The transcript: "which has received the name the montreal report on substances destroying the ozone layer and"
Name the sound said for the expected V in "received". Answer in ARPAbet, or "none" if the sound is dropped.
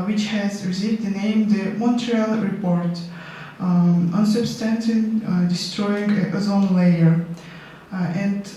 none